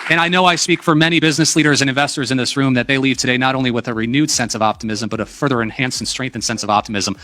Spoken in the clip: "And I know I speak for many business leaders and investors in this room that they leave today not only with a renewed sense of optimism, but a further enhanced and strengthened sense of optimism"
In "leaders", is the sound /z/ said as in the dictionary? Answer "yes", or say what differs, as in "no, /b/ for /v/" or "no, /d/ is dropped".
yes